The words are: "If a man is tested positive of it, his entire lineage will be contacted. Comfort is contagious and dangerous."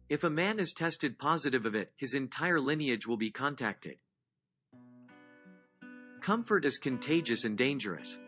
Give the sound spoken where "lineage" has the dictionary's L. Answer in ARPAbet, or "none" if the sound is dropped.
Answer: L